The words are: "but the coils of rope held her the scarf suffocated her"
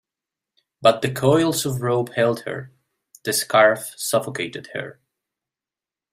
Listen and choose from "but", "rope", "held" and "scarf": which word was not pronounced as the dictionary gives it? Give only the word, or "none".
rope